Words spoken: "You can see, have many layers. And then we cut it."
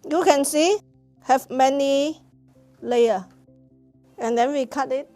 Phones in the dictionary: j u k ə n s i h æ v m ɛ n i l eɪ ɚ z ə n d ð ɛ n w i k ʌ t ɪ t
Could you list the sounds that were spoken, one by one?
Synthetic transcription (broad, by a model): j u k ə n s i h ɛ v m ɛ n i l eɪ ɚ ə n d ɛ n w i k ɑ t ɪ t